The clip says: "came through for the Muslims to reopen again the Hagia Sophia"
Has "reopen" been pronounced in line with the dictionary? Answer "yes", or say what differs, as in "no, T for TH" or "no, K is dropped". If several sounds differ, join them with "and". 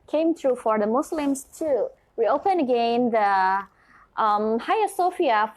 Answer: no, W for R